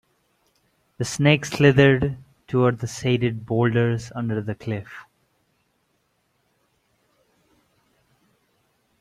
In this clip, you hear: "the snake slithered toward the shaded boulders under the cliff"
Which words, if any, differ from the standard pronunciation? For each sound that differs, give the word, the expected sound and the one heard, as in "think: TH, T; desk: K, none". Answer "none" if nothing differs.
shaded: SH, S